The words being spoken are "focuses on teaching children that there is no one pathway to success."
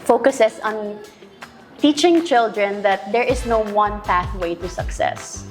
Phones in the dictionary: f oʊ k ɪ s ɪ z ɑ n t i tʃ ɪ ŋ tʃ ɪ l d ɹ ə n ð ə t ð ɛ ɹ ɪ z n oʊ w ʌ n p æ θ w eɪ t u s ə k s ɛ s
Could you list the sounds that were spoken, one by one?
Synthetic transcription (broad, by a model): f oʊ k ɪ s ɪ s ɑ n t i tʃ ɪ ŋ tʃ ɪ l d ɹ ə n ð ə t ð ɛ ɹ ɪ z n oʊ w ʌ n p æ θ w eɪ t u s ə k s ɛ s